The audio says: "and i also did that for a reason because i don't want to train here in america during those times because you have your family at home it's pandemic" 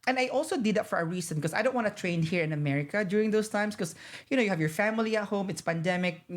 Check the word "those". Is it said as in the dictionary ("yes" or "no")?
no